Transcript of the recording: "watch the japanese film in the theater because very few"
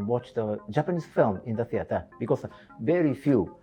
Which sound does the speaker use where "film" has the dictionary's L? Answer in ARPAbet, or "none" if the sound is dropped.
L